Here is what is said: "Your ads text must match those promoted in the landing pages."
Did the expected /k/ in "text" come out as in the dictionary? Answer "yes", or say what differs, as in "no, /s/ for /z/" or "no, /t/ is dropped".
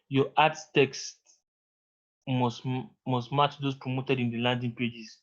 yes